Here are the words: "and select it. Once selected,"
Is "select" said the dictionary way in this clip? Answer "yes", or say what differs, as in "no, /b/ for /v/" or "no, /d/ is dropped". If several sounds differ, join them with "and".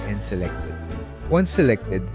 yes